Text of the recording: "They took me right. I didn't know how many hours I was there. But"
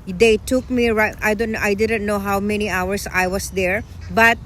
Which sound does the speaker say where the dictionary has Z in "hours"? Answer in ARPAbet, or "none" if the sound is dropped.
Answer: S